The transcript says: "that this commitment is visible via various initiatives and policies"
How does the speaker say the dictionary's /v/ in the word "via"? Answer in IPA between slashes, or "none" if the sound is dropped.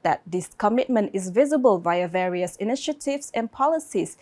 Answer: /v/